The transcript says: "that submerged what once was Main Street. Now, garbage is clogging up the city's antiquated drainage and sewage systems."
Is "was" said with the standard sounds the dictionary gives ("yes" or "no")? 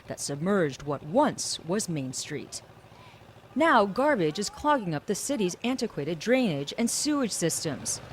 yes